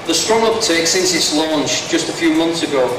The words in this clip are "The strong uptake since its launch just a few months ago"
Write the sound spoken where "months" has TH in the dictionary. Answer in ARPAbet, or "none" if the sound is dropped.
TH